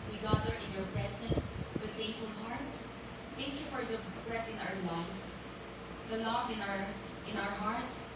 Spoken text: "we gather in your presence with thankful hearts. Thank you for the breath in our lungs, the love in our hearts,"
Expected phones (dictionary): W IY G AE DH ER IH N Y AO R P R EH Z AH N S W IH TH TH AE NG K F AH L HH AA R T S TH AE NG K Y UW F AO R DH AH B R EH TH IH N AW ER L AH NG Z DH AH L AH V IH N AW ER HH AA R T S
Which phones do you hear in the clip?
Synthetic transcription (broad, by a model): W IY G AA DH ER IH N Y AO R P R EH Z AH N S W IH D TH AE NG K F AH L HH AA R T S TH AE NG K Y UW F AO R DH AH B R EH T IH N AW ER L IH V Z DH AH L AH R IH N AW ER HH AA R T S